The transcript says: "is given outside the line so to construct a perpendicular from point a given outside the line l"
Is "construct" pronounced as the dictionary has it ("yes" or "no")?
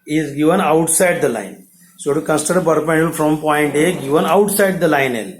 no